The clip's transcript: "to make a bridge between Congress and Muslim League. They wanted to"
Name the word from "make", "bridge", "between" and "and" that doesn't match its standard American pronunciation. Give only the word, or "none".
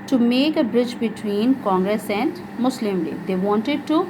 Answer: none